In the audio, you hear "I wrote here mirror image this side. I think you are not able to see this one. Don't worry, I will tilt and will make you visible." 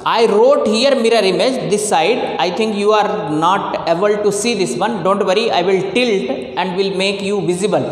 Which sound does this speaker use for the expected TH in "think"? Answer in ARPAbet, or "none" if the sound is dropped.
T